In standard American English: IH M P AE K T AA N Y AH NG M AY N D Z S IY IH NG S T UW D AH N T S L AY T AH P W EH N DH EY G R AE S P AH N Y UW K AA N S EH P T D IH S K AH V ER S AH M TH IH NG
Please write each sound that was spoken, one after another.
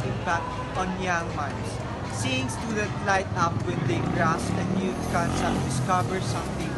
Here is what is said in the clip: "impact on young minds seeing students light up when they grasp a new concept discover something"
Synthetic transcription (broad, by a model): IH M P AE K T AA N Y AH NG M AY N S S IY IH NG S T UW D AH T L AY T AH P W EH N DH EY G R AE S AH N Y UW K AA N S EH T D IH S K AH V ER S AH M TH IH NG